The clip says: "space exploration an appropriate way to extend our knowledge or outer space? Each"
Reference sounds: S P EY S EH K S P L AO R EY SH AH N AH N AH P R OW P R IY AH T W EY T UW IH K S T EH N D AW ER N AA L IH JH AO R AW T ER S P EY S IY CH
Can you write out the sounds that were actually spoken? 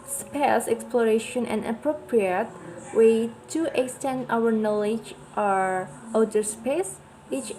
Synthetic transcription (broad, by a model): S P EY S EH K S P L AO R EY SH AH N AH N AH P R OW P R IY AH T W EY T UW IH K S T EH N D AW ER N AA L IH JH AO R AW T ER S P EY S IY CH